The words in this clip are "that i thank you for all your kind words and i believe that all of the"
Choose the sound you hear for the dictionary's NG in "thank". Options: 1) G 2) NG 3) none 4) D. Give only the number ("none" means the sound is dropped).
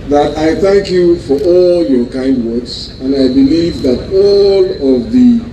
2